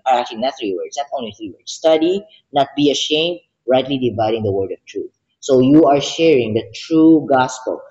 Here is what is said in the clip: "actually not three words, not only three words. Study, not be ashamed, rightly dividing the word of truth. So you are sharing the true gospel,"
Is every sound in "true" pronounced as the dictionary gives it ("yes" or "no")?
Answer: yes